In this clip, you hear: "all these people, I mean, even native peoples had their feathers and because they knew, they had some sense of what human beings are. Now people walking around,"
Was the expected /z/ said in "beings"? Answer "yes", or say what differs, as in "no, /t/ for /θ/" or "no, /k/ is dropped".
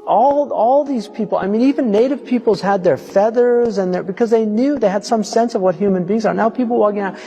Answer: yes